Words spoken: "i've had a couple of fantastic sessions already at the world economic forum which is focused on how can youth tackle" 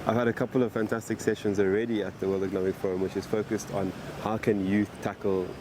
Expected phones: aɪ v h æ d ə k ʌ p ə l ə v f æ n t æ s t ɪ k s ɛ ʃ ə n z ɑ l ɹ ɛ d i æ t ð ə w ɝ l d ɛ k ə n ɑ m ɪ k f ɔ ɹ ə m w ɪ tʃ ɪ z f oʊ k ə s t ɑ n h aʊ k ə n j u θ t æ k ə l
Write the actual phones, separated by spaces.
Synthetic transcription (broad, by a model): aɪ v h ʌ d ə k ʌ p ə l ə v f æ n t æ s t ɪ k s ɛ ʃ ə n z ɑ l ɹ ɛ d i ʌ t ð ə w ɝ l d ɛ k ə n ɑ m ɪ k f ɔ ɹ ə m w ɪ tʃ ɪ z f oʊ k ə s t n h aʊ k ə n j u t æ k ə l